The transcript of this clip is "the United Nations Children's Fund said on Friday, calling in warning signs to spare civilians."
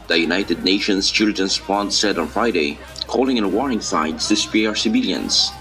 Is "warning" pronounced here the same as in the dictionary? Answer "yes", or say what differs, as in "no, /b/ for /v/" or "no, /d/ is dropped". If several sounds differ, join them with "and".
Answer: no, /n/ is dropped